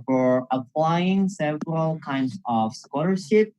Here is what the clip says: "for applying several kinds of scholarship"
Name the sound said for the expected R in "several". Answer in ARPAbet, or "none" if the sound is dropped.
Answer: R